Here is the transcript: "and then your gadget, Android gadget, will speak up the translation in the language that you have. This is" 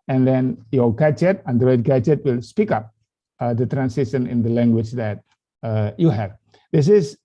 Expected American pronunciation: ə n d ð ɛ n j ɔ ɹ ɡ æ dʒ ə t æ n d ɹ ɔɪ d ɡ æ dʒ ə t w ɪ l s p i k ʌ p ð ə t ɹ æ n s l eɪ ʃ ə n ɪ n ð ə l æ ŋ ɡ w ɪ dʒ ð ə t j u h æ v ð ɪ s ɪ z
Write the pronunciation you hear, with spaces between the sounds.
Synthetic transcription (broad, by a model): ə n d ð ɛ n j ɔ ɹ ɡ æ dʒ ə t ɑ n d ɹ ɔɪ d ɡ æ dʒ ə t w ɪ l s p i k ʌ p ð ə t ɹ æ n s eɪ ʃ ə n ɪ n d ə l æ ŋ ɡ w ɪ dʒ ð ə t j u h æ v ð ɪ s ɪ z